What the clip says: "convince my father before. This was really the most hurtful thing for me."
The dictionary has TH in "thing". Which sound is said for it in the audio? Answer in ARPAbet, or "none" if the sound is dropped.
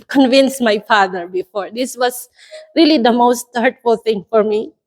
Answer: T